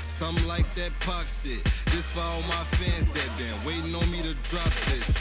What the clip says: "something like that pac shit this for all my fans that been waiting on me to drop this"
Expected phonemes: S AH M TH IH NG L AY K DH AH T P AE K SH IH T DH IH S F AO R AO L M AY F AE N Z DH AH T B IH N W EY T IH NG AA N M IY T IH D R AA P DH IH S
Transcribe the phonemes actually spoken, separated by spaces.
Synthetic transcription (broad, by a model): S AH M L AY K DH AH T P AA K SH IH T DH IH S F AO L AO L M AY F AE N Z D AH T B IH W EY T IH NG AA M IY T IH D R AA P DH IH S